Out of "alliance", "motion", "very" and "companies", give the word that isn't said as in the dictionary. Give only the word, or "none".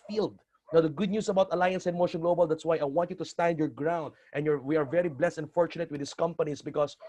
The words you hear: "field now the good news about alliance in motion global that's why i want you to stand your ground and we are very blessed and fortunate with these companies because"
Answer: companies